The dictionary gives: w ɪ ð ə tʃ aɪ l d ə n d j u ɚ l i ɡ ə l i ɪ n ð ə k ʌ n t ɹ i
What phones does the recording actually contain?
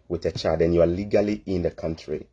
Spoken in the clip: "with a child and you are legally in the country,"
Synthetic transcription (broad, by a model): w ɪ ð ə tʃ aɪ d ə n j u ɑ l i ɡ ə l i ɪ n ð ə k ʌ n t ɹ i